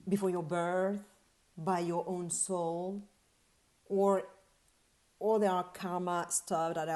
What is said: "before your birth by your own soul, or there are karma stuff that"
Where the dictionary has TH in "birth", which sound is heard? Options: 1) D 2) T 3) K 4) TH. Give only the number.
4